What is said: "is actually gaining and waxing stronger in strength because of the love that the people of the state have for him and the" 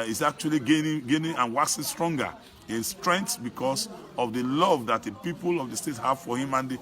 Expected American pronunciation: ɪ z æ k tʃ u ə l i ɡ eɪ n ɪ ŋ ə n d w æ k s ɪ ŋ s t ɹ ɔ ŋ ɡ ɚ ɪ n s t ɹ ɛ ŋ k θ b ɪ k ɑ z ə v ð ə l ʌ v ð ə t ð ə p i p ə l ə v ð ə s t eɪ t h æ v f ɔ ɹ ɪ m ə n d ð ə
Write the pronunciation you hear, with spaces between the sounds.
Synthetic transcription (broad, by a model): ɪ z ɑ k tʃ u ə l i ɡ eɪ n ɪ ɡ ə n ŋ w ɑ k s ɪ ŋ s t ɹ ɔ ŋ ɡ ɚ ɪ n s t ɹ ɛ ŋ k s b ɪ k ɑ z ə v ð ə l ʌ v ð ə t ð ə p i p ə l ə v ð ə s t eɪ t h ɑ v f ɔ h ɪ m ə n d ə